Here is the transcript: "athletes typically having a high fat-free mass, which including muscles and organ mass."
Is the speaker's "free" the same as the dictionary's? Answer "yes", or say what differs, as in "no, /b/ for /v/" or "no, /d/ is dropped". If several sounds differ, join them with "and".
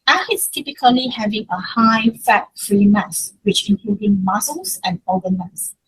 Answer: yes